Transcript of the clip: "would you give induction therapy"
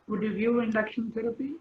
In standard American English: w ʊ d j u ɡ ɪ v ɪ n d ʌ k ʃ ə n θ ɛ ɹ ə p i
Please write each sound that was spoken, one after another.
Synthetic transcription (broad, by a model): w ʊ d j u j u ɪ n d ʌ k ʃ ə n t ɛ ɹ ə p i